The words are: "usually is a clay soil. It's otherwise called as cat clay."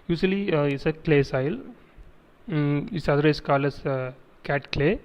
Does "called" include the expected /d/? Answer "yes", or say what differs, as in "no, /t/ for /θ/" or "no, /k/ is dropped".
no, /d/ is dropped